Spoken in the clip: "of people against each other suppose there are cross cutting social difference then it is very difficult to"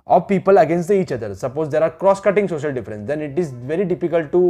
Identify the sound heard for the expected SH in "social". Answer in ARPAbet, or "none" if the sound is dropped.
SH